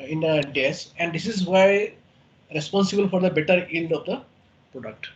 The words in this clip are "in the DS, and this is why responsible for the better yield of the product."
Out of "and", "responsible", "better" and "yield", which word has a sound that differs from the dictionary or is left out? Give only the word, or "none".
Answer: yield